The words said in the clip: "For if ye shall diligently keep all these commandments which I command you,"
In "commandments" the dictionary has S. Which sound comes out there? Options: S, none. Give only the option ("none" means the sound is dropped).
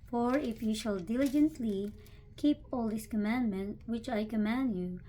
none